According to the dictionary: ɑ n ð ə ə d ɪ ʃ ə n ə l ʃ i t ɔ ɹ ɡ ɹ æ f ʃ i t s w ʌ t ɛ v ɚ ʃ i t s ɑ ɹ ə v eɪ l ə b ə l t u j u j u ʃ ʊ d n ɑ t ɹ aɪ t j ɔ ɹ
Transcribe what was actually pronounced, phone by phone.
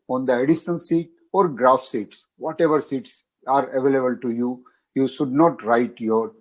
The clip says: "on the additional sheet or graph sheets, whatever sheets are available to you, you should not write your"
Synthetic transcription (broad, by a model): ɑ n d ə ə d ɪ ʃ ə n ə l s i t ɔ ɹ ɡ ɹ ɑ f s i t s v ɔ t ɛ v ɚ s i t s ɑ ɹ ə v eɪ l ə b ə l t u j u j u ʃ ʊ d n ɑ t ɹ aɪ t j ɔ ɹ